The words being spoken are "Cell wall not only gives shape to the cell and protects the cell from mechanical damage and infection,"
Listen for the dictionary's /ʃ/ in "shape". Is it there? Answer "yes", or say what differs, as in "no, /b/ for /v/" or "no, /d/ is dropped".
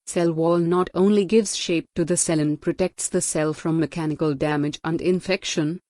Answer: yes